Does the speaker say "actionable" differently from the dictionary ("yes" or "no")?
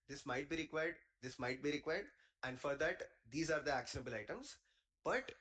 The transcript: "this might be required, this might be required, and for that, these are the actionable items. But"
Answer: no